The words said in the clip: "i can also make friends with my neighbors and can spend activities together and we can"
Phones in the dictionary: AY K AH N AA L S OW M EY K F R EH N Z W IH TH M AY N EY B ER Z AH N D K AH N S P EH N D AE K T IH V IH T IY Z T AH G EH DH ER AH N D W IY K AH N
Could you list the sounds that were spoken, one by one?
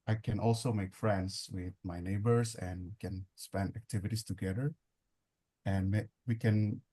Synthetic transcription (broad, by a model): AY K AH N AA L S OW M EY K F R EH N S W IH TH M AY N EY B ER S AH N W K AH N S P EH N D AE K T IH V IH T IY S T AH G EH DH ER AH N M W IY K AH N